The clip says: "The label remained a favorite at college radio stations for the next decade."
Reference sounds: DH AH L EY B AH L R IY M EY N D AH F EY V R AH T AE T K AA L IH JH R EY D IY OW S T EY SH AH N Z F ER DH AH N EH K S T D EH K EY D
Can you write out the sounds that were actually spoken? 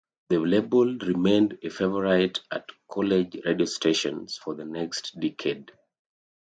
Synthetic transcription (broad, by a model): DH AH L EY B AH L R IY M EY N D AH F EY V R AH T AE T K AA L IH JH R EY D IY OW S T EY SH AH N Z F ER DH AH N EH K S T D EH K EY D